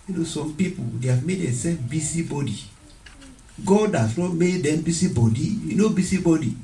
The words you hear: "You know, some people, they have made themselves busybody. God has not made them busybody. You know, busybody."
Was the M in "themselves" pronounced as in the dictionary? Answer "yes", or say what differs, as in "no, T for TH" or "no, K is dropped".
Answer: no, M is dropped